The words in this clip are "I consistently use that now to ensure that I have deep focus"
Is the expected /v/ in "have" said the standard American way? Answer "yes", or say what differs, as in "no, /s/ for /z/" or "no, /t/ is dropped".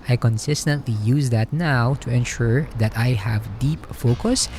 yes